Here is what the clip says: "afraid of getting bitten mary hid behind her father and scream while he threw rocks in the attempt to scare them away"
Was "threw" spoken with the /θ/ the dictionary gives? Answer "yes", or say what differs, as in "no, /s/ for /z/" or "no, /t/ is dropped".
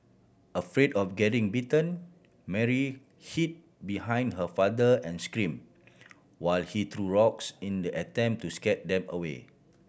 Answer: no, /t/ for /θ/